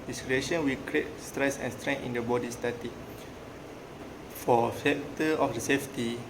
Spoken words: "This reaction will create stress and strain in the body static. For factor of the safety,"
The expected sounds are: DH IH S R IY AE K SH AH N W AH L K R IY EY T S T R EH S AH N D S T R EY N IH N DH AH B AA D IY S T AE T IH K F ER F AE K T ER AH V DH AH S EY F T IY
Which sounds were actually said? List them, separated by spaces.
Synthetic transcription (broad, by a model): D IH S R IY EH SH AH N W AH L K R IY EY T S T R EH S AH N S T R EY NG IH N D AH B AA D IY S T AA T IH F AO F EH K T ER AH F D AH S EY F T IY